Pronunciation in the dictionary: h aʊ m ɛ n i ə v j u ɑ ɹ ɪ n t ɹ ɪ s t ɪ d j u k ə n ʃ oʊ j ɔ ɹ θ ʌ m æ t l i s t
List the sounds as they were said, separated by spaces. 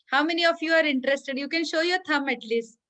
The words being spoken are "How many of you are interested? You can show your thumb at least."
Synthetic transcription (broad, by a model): h aʊ m ɛ n i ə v j u ɑ ɹ ɪ n t ɹ ɪ s t ɪ d j u k ə n ʃ oʊ j ɔ ɹ t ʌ m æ t l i s t